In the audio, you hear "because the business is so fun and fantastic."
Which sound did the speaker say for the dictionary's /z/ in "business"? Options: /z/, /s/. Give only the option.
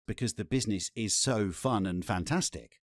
/z/